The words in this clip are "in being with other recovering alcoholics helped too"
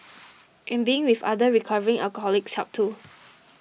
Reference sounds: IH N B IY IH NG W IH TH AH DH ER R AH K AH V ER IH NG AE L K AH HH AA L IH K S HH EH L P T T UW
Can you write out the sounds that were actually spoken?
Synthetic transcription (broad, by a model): IH N B IY IH NG W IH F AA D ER R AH K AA V ER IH NG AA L K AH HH AA L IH K S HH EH P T T UW